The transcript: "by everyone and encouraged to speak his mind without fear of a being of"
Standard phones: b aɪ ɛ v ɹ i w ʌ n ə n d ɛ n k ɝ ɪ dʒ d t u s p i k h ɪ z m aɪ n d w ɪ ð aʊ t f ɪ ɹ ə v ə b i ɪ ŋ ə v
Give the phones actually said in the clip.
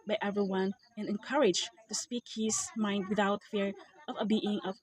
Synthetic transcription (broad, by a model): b aɪ ɛ v ɹ i w ʌ n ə n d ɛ n k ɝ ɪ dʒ t u s p i k h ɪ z m aɪ n d w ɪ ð aʊ t f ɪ ɹ ə v ə b i ɪ ŋ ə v